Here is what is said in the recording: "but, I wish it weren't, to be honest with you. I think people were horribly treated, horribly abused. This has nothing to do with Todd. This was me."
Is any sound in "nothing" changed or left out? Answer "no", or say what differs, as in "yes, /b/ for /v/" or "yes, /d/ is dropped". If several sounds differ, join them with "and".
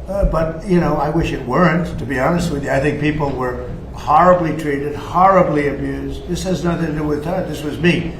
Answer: no